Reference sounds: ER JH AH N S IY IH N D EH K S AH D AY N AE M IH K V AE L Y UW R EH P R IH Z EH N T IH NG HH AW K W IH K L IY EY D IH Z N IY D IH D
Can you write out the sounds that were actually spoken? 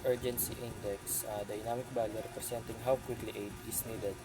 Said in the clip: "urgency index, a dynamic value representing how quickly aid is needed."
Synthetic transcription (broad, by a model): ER JH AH N S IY IH N D EH K S AH D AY N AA M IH K B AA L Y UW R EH P R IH S EH N T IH NG HH AW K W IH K L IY EY D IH S N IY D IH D